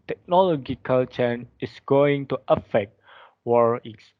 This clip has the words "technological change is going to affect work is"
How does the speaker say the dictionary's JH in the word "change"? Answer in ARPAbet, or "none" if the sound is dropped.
none